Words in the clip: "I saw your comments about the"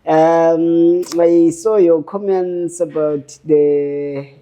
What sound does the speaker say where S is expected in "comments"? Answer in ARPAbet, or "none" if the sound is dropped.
S